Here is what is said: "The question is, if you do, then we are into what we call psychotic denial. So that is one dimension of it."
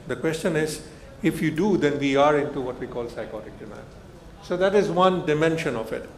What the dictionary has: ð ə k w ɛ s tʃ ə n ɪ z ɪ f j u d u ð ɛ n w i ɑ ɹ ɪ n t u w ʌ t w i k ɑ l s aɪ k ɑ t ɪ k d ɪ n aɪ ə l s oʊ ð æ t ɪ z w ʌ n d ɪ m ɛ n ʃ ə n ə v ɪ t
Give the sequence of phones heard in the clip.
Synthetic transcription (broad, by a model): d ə k w ɛ s tʃ ə n ɪ z ɪ f j u d u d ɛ n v i ɑ ɹ ɪ n t u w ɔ t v i k ɑ l s aɪ k ɑ t ɪ k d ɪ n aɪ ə n s oʊ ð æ t ɪ z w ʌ n d ɪ m ɛ n ʃ ə n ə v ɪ t